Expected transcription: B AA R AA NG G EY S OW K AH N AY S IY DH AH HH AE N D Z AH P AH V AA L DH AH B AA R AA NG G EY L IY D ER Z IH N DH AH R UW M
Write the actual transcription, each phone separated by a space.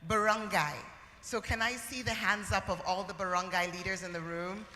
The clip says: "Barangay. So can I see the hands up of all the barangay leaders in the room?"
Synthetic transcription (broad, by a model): B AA R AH NG G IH S OW K AH N AY S IY DH AH HH AE N D Z AH P AH V AA L DH AH B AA R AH NG G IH L IY D ER Z IH N DH AH R UW M